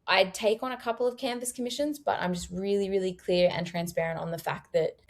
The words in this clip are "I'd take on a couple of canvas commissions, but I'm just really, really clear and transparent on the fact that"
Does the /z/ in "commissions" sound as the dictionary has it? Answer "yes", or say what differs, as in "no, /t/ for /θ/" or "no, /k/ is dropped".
yes